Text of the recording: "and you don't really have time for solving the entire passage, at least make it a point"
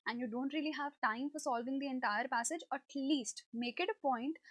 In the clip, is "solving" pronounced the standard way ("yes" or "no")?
yes